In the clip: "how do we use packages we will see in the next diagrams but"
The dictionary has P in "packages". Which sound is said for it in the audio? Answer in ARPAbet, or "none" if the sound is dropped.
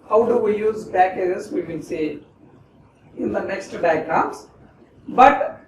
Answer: B